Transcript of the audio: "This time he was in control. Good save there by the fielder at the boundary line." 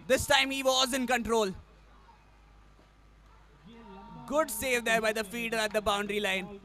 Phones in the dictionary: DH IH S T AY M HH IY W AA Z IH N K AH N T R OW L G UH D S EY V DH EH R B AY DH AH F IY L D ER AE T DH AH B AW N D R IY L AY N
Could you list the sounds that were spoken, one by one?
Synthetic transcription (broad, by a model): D IH S T AY M HH IY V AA Z IH N K AH N T R OW L G UH D S EY V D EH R B AY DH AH F IY D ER AE T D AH B AW N D R IY L AY N